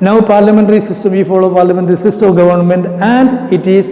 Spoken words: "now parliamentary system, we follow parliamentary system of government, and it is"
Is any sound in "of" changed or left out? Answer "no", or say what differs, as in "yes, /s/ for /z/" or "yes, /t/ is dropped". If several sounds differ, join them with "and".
no